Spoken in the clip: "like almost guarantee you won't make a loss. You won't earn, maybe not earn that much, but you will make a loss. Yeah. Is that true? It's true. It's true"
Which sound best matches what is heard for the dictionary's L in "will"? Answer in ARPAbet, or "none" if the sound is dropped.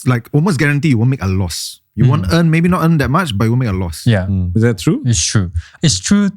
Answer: N